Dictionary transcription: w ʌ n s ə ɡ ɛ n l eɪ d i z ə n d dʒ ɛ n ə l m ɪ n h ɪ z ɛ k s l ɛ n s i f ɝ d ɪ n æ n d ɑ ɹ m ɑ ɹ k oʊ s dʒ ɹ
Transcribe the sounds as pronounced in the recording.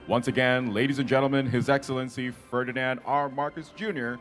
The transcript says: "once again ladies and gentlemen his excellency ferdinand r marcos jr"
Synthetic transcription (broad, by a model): w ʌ n s ə ɡ ɛ n l eɪ d i z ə n dʒ ɛ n l m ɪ n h ɪ z ɛ k s l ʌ n s i f ɝ d ɪ n æ n d ɑ ɹ m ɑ ɹ k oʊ s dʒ ɹ